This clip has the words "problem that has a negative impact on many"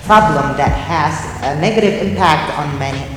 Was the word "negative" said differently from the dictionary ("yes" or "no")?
no